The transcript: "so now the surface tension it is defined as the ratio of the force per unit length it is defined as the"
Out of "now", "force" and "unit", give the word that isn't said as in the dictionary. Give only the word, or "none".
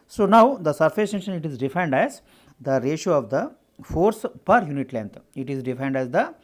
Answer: none